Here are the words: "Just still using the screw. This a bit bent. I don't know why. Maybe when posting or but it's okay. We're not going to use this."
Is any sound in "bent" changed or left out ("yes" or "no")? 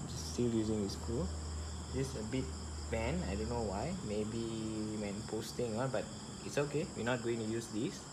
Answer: yes